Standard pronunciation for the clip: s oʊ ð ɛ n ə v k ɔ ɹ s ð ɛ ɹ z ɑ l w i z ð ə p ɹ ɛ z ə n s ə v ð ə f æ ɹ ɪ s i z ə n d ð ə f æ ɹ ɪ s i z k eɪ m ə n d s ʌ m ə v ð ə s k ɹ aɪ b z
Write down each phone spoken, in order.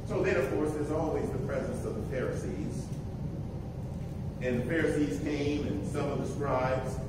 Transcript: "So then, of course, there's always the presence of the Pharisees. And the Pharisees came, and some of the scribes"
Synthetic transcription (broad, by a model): s oʊ ð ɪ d ə v k ɔ ɹ s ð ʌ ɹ z ɑ l w i z ð ə p ɹ ɛ z ə n s ə v ð ə f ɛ ɹ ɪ s i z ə n ð ə f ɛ ɹ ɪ s i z k eɪ m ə n s ʌ m ə v ð ə s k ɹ aɪ b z